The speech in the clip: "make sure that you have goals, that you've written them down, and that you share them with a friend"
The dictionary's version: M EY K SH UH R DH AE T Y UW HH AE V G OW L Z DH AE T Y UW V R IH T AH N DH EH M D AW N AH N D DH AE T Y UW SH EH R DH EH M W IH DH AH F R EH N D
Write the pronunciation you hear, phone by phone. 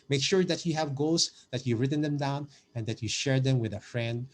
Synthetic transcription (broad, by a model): M EY K SH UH R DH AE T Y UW HH AE V G OW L S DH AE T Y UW R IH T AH N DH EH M D AW N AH N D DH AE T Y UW SH EH R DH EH M W IH DH AH F R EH N D